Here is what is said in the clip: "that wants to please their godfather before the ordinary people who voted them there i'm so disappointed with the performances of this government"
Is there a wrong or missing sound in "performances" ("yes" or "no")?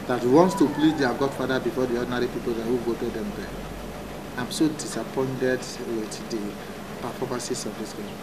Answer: yes